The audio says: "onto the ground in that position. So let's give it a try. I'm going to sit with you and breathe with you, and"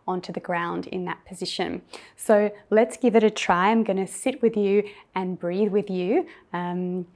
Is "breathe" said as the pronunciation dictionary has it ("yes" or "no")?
yes